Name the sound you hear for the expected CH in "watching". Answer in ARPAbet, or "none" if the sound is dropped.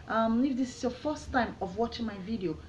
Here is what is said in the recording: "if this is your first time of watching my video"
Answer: CH